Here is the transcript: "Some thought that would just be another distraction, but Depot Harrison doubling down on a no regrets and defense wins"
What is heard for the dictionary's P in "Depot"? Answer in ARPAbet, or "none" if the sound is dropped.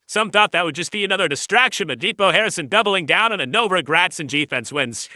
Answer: B